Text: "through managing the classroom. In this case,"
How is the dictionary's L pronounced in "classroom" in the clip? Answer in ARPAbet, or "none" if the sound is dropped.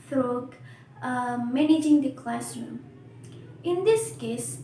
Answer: L